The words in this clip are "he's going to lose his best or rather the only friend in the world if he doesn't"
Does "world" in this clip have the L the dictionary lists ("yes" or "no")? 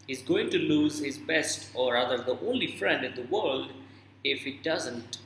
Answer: yes